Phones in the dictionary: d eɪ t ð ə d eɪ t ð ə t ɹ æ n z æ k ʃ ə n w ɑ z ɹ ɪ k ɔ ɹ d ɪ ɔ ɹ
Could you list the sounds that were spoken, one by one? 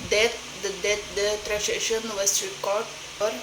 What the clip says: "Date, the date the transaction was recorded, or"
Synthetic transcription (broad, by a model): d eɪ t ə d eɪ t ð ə t ɹ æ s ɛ ʃ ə n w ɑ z ɹ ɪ k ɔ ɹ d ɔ ɹ